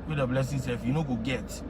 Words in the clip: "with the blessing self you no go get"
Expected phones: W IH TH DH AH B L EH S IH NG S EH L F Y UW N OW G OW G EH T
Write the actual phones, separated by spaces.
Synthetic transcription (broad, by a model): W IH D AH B L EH S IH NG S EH F Y UW N OW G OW G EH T